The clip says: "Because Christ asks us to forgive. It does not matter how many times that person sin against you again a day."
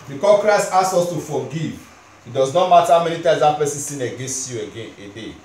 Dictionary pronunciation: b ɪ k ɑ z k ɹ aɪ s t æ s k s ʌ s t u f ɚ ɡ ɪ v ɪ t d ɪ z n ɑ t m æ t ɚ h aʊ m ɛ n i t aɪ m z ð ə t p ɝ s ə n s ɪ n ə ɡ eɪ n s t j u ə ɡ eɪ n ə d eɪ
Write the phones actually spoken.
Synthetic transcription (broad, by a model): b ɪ k ɑ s k ɹ aɪ s t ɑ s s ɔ s t u f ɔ ɡ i v ɪ t d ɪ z n ɑ t m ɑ t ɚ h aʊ m ɛ n i t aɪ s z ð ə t p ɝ s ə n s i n ə ɡ eɪ n s t j u ə ɡ eɪ n ə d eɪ